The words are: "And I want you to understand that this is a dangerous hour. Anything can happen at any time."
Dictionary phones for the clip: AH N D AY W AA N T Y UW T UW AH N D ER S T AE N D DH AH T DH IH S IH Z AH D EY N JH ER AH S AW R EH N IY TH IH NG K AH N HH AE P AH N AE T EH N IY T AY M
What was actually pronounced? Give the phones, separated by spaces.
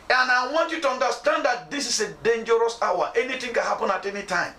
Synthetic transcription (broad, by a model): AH N AY W AA N T Y UW T UW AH N D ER S T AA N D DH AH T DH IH S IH S AH D EY N JH ER AH S AW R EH N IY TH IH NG K AH N HH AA P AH N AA T EH N IY T AY M